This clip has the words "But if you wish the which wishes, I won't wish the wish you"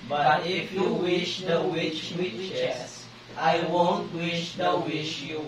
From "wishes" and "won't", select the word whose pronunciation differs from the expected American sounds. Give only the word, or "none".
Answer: wishes